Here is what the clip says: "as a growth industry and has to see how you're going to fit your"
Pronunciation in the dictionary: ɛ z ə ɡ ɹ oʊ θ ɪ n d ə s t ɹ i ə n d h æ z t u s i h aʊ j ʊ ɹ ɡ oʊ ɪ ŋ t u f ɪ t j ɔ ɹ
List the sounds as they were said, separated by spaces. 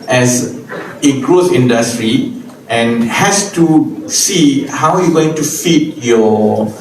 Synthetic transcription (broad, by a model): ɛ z ə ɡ ɹ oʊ s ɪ n d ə s t ɹ i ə n h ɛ s t u s i h aʊ j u ɡ oʊ ɪ ŋ t u f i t j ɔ